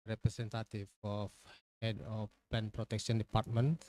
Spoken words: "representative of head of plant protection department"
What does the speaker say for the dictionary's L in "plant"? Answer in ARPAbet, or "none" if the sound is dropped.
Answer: none